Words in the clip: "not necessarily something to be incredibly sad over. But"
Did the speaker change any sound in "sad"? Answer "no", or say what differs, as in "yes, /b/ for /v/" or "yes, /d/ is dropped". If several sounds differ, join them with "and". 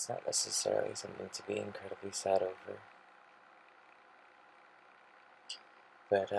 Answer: no